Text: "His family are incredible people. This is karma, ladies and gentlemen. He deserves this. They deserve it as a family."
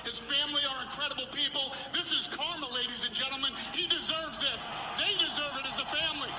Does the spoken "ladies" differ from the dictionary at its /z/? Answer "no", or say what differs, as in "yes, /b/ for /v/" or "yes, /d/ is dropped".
no